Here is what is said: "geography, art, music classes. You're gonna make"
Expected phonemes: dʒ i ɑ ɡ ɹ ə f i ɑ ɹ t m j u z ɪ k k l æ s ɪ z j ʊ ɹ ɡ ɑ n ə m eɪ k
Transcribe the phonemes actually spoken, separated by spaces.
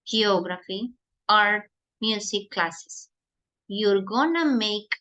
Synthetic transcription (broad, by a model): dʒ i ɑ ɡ ɹ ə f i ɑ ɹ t m j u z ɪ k k l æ s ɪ s j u ɹ ɡ ɑ n ə m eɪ k